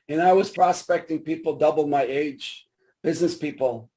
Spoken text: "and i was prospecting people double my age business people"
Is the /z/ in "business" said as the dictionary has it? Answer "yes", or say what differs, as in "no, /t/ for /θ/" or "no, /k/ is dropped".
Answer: yes